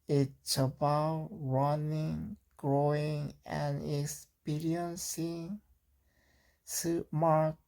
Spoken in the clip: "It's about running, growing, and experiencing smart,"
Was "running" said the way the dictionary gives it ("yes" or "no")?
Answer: yes